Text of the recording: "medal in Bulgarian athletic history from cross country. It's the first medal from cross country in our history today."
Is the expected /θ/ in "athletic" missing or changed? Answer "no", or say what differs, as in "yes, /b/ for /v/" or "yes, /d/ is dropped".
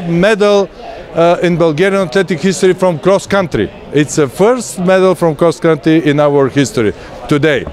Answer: yes, /t/ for /θ/